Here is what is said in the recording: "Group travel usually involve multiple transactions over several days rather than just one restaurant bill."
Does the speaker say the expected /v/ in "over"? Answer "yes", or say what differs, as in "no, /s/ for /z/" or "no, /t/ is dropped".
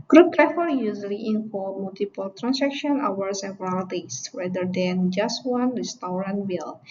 no, /w/ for /v/